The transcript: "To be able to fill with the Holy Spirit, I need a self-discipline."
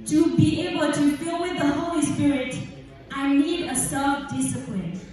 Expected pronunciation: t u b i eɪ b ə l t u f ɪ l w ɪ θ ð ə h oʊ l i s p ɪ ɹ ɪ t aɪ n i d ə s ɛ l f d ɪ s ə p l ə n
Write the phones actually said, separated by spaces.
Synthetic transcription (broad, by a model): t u b i eɪ b ə l t u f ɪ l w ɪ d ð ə h oʊ l i s p ɪ ɹ ɪ t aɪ n i d ə s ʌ f d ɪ s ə p l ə n